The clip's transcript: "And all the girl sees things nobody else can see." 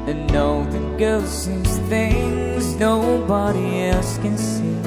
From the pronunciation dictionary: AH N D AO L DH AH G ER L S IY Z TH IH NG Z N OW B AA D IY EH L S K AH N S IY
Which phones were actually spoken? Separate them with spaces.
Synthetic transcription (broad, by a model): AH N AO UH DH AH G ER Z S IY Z TH IH NG Z N OW B AA D IY EH L S K AH N S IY